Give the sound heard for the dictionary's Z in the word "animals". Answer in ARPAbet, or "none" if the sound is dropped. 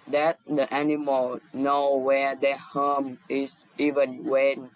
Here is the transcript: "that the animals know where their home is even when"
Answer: none